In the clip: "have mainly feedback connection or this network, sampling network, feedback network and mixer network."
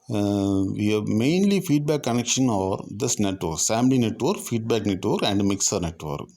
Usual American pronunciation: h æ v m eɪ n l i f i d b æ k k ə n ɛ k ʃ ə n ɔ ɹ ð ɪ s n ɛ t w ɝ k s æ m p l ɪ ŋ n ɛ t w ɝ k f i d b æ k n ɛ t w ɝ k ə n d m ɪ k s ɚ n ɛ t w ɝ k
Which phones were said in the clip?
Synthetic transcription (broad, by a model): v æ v m eɪ n l i f i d b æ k k ə n ɛ k ʃ ə n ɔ ɹ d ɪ s n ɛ t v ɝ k s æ m l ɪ n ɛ t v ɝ k f i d b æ k n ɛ t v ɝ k ə n d m ɪ k s ɚ n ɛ t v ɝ k